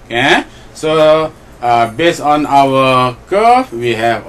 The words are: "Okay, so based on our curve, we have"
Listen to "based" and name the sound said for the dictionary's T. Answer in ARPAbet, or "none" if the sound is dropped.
none